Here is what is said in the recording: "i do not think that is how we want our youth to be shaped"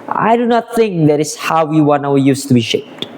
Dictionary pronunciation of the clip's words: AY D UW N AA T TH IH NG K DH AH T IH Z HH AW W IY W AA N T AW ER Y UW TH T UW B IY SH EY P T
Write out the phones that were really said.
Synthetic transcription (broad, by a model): AY D UW N AA T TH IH NG K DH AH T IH S HH AW W IY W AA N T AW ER Y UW S T UW B IY SH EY P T